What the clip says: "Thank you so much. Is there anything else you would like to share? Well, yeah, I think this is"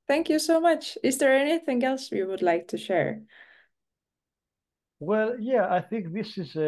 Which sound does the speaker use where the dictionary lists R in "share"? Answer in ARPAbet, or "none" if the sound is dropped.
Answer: R